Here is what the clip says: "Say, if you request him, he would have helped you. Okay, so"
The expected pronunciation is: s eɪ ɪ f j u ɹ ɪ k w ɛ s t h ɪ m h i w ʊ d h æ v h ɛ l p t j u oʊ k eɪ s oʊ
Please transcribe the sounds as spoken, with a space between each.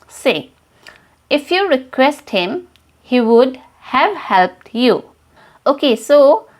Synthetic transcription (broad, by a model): s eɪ ɪ f j u ɹ ɪ k w ɛ s t h ɪ m h i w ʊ d h æ v h ɛ l p t j u oʊ k eɪ s oʊ